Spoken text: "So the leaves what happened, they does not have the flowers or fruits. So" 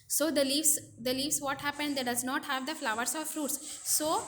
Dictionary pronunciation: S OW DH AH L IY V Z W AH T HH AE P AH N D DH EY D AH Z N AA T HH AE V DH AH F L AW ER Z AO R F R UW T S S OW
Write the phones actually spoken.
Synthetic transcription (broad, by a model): S OW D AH L IY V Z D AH T HH AE P AH N D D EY D AH Z N AA T HH AE V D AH F L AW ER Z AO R F R UW T S S OW